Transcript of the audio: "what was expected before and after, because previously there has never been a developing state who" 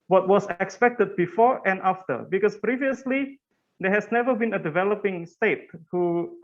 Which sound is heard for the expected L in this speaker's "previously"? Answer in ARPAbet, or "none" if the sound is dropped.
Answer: L